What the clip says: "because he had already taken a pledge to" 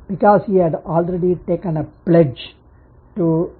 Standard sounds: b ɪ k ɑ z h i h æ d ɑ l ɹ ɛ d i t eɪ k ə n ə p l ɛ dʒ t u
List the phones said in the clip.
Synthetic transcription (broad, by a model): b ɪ k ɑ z h i h æ d ɑ l ɹ ɛ d i t eɪ k ə n ə p l ɛ dʒ t u